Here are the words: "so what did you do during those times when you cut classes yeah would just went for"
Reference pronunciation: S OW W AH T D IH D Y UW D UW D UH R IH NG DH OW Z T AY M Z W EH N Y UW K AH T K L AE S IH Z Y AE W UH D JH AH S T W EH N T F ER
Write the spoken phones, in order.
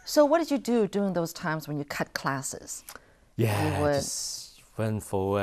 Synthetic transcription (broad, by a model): S OW W AH T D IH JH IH D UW D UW IH NG DH OW Z T AY M Z W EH N Y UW K AH T K L AE S IH Z Y AE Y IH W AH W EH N F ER